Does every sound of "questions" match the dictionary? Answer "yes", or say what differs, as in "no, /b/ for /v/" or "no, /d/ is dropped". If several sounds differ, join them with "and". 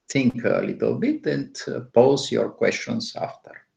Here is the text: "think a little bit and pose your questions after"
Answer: no, /s/ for /z/